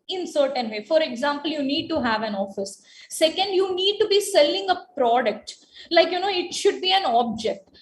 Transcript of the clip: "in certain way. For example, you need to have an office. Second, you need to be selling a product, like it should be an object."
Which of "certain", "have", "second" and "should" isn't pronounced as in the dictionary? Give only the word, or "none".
none